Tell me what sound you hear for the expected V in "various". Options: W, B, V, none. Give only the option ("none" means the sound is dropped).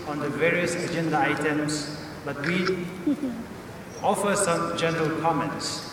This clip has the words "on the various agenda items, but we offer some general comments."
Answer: V